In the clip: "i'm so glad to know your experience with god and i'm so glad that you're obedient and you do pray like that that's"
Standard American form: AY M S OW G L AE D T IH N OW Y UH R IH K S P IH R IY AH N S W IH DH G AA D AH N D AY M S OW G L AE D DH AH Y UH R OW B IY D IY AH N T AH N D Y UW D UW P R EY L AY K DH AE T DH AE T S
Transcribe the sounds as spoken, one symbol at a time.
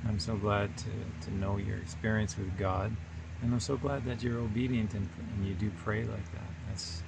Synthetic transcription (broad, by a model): AY M S OW G L AE D T IH N OW Y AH R IH K S P IH R IY AH N S W IH DH G AA D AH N AY M S OW G L AE D DH AH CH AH R OW B IY D IY AH N T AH N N Y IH D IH P R EY L AY K DH AE T DH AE T S